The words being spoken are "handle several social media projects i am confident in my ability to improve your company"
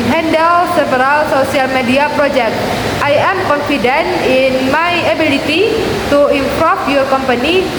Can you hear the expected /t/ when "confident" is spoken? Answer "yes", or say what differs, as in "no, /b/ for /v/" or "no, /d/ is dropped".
no, /t/ is dropped